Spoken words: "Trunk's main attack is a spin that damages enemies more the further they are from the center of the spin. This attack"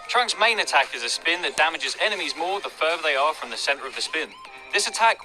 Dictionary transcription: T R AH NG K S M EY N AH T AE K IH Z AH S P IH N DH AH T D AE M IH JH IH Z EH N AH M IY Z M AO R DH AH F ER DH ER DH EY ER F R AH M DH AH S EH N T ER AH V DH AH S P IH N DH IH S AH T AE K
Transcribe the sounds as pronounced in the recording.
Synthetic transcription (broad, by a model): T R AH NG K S M EY N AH T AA K IH Z AH S P IH N DH AH T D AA M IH JH IH Z EH N AH M IY Z M AO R DH AH F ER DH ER DH EY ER F R AH M DH AH S EH N T ER AH V DH AH S P IH N DH IH S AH T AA K